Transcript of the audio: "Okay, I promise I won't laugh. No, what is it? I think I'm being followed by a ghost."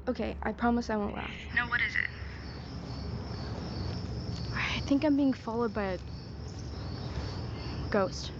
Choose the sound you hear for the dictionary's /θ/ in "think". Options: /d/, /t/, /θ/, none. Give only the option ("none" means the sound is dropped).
/θ/